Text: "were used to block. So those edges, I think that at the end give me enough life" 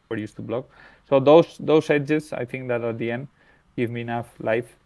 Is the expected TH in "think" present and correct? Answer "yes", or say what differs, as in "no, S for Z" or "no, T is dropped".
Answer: no, T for TH